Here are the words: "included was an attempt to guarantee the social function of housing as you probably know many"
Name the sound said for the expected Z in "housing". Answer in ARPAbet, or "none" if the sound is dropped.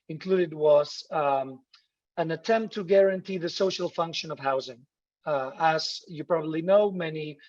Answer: Z